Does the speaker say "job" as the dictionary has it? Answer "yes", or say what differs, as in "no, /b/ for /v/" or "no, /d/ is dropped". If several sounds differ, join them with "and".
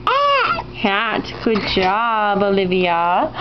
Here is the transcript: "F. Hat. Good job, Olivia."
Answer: yes